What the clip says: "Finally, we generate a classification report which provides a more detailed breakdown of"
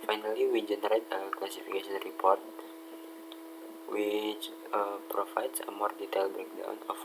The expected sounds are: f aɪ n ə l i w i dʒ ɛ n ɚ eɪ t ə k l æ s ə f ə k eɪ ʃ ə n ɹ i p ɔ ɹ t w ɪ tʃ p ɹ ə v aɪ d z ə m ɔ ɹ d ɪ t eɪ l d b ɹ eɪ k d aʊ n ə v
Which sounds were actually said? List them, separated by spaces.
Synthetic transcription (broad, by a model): f aɪ n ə l i w i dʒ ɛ n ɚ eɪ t ə k l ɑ s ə f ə k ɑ s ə n ɹ i p ɔ ɹ t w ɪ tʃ p ɹ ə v aɪ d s ə m ɔ ɹ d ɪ t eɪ l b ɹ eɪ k d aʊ n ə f